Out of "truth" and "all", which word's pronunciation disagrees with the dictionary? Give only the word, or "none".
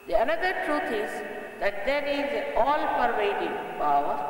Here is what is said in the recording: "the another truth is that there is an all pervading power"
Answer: truth